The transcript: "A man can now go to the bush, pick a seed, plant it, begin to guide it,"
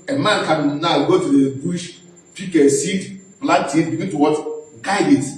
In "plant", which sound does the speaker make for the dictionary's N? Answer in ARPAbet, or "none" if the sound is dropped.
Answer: none